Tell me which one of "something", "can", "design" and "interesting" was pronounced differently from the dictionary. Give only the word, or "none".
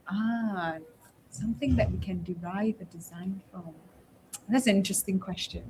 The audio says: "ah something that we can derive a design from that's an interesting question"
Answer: none